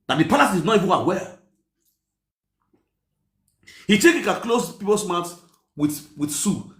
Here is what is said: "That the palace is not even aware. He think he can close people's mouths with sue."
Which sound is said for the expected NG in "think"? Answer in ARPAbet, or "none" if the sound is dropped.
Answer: none